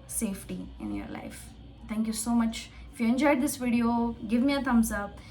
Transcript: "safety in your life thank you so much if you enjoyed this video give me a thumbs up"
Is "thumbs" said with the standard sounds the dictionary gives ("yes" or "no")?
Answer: no